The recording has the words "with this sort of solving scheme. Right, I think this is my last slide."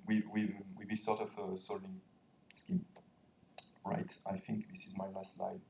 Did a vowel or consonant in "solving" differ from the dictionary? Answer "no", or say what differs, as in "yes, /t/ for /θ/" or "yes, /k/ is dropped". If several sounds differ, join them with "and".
yes, /v/ is dropped